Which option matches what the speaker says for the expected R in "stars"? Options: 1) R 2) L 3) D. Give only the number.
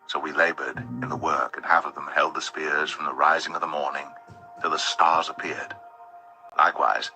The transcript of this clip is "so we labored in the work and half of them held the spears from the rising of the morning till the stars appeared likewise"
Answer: 1